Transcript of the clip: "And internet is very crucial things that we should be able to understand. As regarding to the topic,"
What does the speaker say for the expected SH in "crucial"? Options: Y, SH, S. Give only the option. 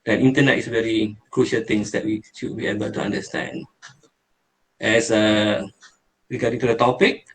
SH